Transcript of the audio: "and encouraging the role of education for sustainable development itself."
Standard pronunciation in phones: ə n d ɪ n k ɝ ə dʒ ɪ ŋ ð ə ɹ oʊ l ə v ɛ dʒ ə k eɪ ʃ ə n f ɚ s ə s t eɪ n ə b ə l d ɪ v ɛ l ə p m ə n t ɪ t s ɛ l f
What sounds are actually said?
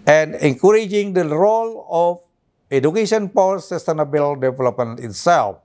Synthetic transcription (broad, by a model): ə n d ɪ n k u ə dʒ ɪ ŋ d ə ɹ oʊ l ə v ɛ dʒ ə k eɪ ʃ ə n p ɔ s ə s t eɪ n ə b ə l d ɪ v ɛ l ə p m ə n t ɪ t s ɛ l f